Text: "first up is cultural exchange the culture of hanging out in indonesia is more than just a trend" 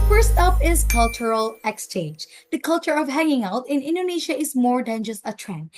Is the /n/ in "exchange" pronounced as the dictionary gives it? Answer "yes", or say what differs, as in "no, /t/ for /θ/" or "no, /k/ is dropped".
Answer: no, /n/ is dropped